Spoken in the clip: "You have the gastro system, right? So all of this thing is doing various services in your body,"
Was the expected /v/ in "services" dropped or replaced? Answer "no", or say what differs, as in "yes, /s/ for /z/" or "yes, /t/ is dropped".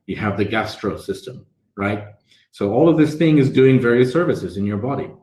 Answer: no